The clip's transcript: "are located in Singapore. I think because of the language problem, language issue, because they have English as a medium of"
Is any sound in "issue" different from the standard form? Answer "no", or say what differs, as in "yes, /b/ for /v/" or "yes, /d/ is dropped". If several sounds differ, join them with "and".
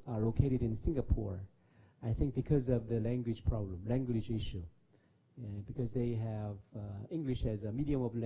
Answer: no